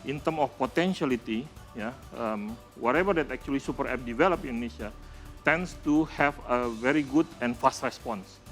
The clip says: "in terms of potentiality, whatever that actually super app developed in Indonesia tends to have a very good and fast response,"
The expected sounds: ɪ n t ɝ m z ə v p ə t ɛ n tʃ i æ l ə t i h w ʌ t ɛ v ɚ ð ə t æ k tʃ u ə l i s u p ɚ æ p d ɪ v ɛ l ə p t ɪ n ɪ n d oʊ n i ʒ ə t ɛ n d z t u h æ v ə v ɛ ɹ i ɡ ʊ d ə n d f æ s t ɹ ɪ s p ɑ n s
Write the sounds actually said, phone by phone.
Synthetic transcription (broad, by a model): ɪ n t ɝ m ə f p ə t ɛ n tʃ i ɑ l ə t i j w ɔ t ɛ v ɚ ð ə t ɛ k tʃ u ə l i s u p ɚ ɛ p d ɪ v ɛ l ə p ɪ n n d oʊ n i ʃ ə t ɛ n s t u h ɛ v ə v ɛ ɹ i ɡ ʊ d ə n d f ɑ s t ɹ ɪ s p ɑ n s